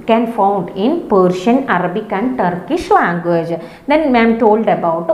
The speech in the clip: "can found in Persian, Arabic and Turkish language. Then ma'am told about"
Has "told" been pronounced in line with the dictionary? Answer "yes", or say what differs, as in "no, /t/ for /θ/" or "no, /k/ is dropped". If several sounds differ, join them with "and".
yes